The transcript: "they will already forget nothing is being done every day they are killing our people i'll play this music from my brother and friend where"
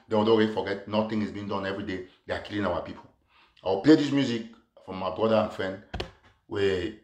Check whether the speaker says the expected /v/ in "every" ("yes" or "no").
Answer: yes